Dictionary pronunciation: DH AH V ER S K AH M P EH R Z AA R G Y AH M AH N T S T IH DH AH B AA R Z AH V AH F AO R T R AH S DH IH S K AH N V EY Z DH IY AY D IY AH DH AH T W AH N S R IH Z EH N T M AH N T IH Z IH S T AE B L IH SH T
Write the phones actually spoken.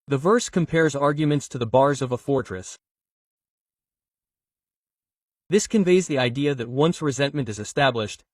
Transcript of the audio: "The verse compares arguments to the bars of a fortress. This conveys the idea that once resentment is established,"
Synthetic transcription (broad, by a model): DH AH V ER S K AH M P EH R Z AA R G Y AH M AH N T S T IH DH AH B AA R Z AH V AH F AO R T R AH S DH IH S K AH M V EY Z DH IY AY D IY AH DH AH T W AH N S R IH Z EH N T M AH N T IH Z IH S T AE B L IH SH T